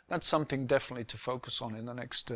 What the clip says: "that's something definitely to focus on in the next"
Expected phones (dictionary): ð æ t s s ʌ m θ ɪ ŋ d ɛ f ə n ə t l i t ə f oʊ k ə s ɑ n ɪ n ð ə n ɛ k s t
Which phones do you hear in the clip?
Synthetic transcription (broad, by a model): ð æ t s s ʌ m θ ɪ ŋ d ɛ f ə n ə t l i t ə f oʊ k ə s n ɪ n ð ə n ɛ k s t